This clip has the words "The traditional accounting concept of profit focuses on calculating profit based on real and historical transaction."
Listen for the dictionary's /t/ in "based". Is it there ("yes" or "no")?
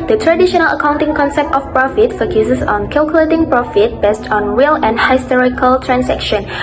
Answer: yes